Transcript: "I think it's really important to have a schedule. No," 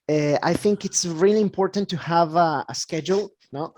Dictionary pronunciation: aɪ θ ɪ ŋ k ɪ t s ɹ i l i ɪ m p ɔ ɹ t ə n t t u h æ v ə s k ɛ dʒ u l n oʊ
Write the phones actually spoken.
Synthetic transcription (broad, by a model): aɪ θ ɪ ŋ k ɪ t s ɹ i l i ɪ m p ɔ ɹ t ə n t t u h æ v ə s k ɛ dʒ u l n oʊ